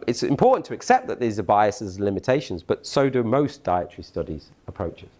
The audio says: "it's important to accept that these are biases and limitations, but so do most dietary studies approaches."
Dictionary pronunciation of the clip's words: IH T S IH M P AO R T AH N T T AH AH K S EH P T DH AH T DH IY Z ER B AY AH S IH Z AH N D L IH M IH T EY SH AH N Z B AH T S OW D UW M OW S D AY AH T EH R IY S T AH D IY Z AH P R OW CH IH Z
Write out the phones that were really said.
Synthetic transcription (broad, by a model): IH T S IH M P AO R T N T T AH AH K S EH P DH AH T DH IY Z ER B AY AH S IH Z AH N L IH M IH T EY SH AH N Z B AH T S OW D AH M OW S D AY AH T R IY S T AH D IY Z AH P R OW CH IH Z